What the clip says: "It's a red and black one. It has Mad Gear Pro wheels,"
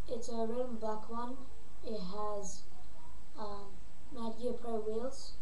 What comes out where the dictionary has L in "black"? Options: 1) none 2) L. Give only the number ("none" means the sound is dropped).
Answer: 1